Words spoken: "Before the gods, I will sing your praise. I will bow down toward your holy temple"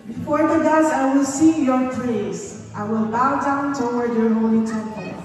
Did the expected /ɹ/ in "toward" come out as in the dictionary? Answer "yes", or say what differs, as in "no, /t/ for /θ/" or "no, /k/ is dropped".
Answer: no, /w/ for /ɹ/